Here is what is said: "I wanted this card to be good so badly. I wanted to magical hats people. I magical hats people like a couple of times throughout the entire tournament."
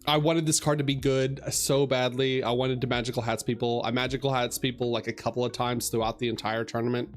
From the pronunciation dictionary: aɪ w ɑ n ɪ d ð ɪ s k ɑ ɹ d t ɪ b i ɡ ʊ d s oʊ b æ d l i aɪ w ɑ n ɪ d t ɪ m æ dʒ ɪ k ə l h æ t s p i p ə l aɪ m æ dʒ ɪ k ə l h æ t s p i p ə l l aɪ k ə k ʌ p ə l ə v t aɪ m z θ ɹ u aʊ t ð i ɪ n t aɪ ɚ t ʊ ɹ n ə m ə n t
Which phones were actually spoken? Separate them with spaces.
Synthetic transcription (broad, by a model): aɪ w ɑ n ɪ d ð ɪ s k ɑ ɹ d t ɪ b i ɡ ʊ d s oʊ b æ d l i aɪ w ɑ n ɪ d t ɪ m æ dʒ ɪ k l h æ t s p i p l aɪ m æ dʒ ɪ k l h æ t s p i p l l aɪ k ə k ʌ p l ə v t aɪ m z θ ɹ u aʊ t ð i ɪ n t aɪ ɚ t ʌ ɹ n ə m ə n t